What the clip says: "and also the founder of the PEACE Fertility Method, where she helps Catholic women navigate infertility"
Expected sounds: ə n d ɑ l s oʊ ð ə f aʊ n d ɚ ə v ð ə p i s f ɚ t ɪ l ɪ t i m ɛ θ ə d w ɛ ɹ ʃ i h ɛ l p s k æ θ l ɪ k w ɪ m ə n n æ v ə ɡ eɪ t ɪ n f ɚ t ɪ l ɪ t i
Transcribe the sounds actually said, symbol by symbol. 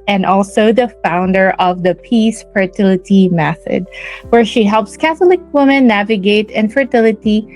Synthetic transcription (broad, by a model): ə n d ɑ l s oʊ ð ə f aʊ n d ɚ ə v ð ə p i s f ɚ t ɪ l ɪ t i m ɛ θ ə d w ɛ ɹ ʃ i h ɛ l p s k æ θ l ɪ k w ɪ m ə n n æ v ə ɡ eɪ t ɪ n f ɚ t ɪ l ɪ t i